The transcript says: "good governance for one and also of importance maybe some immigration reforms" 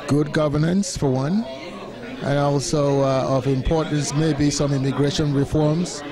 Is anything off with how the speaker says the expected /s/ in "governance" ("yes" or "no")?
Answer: no